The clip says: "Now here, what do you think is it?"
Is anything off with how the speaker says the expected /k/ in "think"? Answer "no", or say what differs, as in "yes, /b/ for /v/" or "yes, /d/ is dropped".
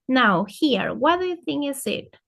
yes, /k/ is dropped